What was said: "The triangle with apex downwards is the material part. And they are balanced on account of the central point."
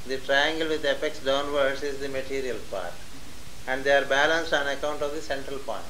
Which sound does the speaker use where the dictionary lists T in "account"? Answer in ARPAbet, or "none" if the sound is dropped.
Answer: T